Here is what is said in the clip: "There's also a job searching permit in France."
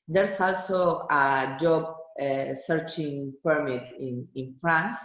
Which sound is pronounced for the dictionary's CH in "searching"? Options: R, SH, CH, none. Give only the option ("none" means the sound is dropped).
CH